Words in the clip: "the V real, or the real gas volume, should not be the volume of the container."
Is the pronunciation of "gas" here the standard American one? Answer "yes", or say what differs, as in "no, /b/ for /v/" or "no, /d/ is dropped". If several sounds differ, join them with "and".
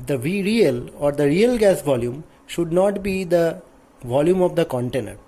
yes